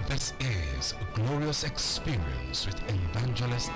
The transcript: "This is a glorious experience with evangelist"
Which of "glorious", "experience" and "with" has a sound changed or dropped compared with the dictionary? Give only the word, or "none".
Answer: none